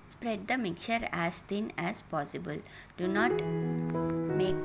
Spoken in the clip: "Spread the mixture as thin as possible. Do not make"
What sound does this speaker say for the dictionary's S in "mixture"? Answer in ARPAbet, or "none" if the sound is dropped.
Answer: none